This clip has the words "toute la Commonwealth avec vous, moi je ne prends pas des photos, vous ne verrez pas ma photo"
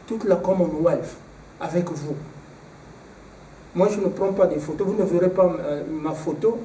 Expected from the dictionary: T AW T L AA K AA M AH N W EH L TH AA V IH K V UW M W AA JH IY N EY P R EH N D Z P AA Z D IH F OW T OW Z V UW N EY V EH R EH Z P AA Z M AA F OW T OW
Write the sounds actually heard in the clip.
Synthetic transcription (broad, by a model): T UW T L AA K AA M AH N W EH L F AA V IH K V UW M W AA ZH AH N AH P R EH P AA D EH F OW T OW V UW N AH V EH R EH P AA M AA F OW T OW